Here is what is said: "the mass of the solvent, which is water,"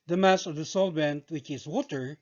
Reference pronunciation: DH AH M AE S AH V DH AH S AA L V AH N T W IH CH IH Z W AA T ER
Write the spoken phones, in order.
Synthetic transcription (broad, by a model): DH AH M AE S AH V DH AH S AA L B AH N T W IH CH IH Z W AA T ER